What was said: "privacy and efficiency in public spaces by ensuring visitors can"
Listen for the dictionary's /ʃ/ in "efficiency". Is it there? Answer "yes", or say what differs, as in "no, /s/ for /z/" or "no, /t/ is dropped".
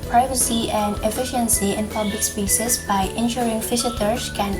yes